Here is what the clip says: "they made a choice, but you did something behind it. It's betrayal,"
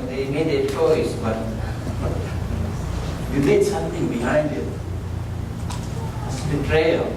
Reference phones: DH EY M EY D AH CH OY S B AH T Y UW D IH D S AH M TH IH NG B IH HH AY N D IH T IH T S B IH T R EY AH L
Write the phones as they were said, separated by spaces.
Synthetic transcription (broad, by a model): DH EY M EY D AH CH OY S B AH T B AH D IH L S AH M T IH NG B IH HH AY N D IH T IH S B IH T R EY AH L